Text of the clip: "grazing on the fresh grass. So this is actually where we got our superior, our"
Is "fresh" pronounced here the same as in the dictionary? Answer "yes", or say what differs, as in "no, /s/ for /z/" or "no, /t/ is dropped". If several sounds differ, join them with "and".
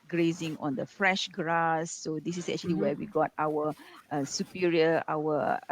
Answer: yes